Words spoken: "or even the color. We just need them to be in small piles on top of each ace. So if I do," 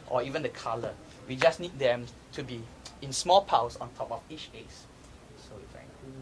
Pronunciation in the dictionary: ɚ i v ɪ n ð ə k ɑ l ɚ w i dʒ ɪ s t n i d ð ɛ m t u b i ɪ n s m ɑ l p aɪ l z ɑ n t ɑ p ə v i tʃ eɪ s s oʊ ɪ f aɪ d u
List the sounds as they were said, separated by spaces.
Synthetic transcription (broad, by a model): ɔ i v ɪ n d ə k ɑ l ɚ w i dʒ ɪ s n i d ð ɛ m t u b i ɪ n s m ɑ l p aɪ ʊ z ɑ n t ɑ p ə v i tʃ eɪ s s oʊ ɪ f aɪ